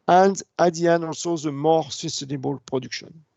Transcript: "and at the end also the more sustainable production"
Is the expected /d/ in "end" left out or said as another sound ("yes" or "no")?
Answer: yes